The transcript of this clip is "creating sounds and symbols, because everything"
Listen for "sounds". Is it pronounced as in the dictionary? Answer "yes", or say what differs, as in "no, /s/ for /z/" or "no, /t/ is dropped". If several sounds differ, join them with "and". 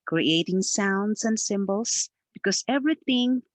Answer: no, /s/ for /z/